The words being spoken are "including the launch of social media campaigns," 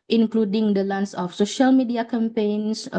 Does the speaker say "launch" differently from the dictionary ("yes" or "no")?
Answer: yes